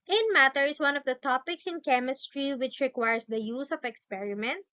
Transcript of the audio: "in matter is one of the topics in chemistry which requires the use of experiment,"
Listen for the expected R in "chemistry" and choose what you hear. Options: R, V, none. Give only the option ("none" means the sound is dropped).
R